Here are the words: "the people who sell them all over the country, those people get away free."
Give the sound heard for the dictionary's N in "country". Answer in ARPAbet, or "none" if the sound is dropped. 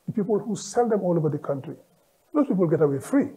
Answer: N